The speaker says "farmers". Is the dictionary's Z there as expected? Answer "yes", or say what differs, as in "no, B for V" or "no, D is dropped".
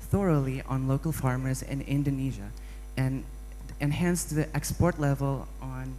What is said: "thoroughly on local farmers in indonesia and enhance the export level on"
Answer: yes